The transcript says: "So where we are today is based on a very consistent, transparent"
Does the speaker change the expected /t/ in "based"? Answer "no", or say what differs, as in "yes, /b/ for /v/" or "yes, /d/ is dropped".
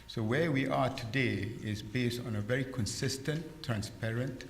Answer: no